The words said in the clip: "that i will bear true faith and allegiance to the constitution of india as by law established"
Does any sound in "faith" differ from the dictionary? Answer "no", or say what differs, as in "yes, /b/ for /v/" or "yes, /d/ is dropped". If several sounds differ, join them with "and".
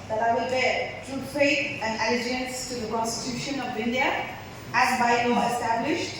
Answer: yes, /p/ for /f/ and /t/ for /θ/